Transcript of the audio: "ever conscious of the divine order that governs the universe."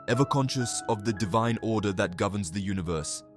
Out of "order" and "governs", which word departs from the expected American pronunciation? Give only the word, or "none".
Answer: none